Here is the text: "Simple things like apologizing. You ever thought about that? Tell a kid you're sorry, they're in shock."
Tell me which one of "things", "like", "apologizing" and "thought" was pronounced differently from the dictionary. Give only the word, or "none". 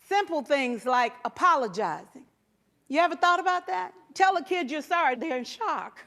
none